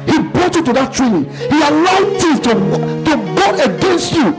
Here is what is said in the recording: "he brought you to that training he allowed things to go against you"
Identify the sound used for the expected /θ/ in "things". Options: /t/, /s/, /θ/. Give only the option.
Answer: /t/